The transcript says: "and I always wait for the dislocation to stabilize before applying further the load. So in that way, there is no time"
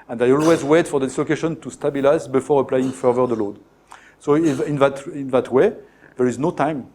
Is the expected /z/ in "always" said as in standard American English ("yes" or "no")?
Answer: yes